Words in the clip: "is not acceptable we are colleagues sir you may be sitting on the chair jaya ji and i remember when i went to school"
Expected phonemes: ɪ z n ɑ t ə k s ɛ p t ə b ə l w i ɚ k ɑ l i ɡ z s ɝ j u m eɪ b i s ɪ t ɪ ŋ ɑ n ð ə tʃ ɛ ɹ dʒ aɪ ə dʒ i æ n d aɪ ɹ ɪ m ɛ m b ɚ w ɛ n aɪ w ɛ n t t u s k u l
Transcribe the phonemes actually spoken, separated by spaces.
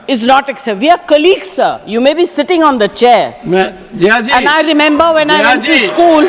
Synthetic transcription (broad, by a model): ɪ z n ɑ t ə k s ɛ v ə ə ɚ k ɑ l i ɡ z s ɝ j u m eɪ b i s ɪ t ɪ ŋ ɑ n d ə tʃ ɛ ɹ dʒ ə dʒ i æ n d aɪ ɹ ɪ m ɛ m b ɚ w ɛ n aɪ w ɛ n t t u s k u l